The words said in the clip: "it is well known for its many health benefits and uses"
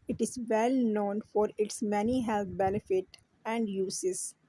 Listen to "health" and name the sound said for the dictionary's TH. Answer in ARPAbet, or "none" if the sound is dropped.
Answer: T